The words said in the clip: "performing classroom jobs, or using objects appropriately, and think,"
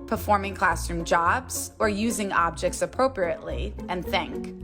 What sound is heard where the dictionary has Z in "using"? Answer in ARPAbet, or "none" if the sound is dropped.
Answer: Z